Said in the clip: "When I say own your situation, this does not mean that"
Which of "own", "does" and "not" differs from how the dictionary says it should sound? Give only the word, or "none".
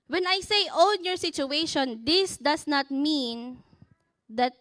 does